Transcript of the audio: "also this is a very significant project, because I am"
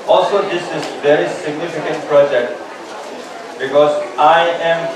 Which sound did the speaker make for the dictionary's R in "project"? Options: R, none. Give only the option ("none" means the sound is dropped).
R